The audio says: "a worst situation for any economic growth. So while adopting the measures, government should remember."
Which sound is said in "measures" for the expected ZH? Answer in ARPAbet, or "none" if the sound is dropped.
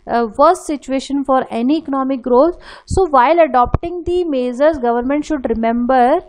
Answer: Z